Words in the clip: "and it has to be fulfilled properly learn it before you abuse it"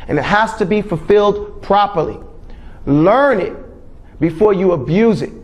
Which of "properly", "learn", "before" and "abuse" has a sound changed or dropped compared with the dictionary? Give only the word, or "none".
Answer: none